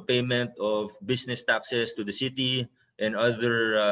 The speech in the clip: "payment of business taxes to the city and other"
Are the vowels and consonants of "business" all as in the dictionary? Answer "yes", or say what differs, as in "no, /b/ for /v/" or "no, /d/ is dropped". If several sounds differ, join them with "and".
no, /s/ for /z/